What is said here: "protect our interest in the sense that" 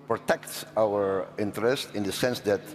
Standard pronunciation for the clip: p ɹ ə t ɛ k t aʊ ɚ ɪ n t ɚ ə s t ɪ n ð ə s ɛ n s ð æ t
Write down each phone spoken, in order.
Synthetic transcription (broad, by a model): p ɹ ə t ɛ k t aʊ ɚ ɪ n t ɚ ə s t ɪ n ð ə s ɛ n s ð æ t